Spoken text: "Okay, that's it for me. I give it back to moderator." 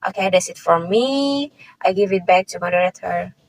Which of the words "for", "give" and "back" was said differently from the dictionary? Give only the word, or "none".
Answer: none